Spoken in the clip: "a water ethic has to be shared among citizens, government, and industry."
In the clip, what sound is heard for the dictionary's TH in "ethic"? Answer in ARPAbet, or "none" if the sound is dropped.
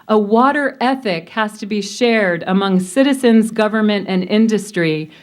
TH